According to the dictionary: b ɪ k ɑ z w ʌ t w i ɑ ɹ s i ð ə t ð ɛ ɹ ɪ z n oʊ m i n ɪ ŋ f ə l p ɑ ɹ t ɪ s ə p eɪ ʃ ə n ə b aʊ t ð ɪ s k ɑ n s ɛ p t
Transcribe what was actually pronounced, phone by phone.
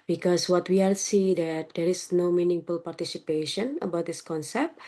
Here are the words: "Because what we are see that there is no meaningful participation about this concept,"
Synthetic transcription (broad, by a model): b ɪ k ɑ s w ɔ t w i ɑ l s i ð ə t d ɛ ɹ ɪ s n oʊ m i n ɪ ŋ f ə l p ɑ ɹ t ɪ s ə p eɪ ʃ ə n ə b aʊ t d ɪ s k ɑ n s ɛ p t